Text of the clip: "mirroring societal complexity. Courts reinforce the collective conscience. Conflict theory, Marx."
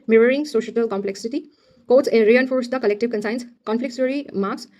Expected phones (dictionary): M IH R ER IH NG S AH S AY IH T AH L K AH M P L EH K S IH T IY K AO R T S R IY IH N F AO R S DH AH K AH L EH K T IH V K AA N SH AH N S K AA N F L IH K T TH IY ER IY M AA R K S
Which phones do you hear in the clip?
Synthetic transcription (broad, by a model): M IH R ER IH NG S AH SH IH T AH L K AH M P L EH K S IH T IY K AO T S R IY IH N F AO R S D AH K AH L EH K T IH V K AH N S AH N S K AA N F L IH K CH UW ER IY M AA R K S